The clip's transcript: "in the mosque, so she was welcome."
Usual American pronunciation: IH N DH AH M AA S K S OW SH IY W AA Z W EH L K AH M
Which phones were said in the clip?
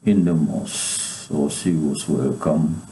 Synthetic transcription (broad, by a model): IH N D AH M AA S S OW S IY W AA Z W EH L K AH M